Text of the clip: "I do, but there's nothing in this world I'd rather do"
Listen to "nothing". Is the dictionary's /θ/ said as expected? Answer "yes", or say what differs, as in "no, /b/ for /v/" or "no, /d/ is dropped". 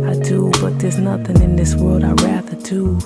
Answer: yes